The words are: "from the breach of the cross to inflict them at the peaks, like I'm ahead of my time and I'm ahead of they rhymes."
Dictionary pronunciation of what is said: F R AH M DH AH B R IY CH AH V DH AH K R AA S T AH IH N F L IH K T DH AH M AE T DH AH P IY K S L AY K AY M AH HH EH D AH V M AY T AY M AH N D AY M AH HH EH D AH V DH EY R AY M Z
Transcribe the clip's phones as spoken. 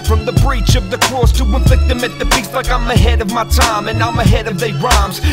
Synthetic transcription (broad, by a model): F R AH M DH AH B R IY CH AH V DH AH K R AA S T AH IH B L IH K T DH AH M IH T DH AH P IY S L AY K AY M AH HH EH D AH V M AY T AY M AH N AY M AH HH EH D AH V DH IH R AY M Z